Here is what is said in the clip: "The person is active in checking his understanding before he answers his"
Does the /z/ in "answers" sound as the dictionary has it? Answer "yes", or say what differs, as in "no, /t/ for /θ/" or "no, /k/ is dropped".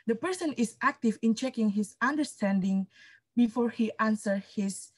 no, /z/ is dropped